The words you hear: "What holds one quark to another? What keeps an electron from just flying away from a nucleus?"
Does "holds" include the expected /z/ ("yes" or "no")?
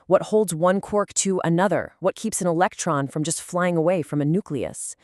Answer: yes